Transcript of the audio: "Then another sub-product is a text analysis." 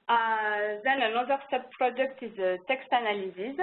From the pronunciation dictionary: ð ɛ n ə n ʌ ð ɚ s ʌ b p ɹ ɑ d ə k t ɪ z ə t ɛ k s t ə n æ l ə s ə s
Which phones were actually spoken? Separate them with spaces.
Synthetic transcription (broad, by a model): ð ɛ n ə n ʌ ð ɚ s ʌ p p ɹ ɑ d ə k t ɪ z ə t ɛ k s t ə n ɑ l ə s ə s